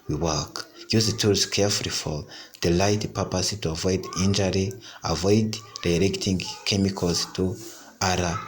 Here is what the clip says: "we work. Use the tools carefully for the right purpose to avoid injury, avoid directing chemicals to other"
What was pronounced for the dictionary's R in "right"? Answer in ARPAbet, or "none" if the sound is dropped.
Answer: L